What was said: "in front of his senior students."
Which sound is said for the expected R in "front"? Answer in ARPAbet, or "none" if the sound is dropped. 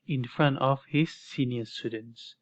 R